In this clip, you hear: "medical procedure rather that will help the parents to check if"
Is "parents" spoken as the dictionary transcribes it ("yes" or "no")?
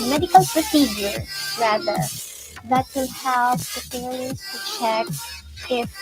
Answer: no